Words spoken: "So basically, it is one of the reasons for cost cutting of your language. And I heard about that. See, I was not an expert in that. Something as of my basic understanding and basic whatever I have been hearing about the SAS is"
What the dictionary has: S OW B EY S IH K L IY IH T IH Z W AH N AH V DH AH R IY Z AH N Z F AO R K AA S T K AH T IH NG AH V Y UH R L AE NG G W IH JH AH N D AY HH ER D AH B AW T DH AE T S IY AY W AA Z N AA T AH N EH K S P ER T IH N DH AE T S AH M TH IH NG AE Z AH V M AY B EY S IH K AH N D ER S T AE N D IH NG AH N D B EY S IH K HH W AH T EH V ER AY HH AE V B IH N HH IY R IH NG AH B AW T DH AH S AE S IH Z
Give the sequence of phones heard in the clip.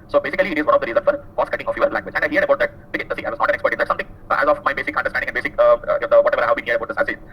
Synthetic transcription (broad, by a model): S OW B EY S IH K L IY IH T IH Z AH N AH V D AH R IY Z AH N F AO R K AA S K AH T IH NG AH F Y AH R L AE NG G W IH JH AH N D AY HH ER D AH B AW T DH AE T S IY AY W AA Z N AA T AH N EH K S P ER T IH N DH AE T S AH M T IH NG AE Z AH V M AY B EY S IH K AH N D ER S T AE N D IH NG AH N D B EY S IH K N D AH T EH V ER AY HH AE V B IH N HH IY IH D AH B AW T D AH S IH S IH